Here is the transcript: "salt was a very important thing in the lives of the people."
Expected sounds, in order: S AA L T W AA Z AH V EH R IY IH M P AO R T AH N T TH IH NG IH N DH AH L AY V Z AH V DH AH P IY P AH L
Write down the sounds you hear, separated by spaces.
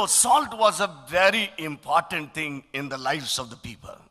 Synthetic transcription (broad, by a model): S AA L T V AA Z AH V EH R IY IH M P AO R T AH N T T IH NG IH N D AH L AY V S AH V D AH P IY P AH L